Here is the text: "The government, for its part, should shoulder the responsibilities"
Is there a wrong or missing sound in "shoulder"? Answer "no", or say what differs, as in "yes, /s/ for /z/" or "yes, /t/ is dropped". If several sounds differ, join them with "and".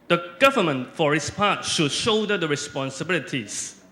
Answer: yes, /l/ is dropped